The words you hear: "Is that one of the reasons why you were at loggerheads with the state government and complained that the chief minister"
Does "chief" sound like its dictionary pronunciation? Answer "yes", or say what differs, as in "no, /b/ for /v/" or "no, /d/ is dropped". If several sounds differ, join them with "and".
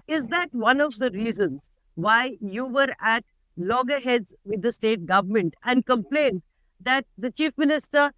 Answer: yes